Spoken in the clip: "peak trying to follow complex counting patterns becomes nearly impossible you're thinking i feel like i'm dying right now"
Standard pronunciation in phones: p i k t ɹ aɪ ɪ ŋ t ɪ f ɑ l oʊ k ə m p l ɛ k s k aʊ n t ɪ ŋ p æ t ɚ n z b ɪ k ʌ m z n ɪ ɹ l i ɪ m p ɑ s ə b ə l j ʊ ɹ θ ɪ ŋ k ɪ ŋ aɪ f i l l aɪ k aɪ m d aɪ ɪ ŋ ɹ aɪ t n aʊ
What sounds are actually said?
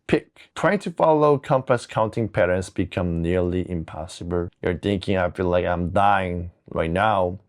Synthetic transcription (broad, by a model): p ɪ k t ɹ aɪ ɪ ŋ t ɪ f ɑ l oʊ k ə m p ʌ s k aʊ n t ɪ ŋ p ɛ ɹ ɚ n s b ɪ k ʌ m n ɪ ɹ l i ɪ m p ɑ s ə b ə l j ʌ ɹ θ ɪ ŋ k ɪ ŋ aɪ f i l l aɪ k aɪ m d aɪ ɪ ŋ ɹ aɪ t n aʊ